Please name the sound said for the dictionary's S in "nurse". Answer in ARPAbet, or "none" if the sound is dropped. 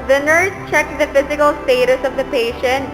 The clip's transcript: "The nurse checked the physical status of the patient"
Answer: none